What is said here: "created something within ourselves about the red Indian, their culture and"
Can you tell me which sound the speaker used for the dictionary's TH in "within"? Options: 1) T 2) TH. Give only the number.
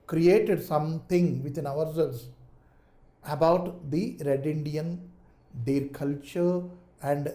1